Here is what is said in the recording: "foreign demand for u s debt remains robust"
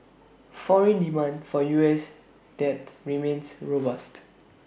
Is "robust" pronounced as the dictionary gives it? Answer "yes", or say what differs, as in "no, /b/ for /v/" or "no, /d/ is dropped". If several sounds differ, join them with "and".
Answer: yes